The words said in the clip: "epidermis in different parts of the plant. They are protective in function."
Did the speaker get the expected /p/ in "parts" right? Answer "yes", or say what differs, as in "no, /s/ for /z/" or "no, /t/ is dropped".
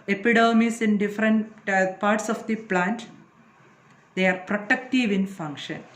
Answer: yes